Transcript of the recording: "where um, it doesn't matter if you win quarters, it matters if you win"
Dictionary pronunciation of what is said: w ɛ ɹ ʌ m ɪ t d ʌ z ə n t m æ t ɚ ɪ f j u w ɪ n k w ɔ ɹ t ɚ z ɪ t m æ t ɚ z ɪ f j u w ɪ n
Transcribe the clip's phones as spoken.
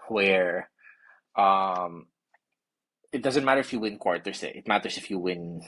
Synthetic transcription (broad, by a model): w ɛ ɹ ʌ m ɪ t d ʌ z ə n t m æ t ɚ ɪ f j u w ɪ n k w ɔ ɹ t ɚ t ɪ t m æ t ɚ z ɪ f j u w ɪ n